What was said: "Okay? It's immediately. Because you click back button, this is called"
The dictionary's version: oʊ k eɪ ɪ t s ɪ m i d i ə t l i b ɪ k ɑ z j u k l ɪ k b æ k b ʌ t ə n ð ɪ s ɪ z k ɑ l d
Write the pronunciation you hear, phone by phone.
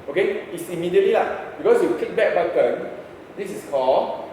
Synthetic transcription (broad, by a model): oʊ k eɪ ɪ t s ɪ m i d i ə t l i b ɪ k ɑ s j u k ɪ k b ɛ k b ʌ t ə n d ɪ s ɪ s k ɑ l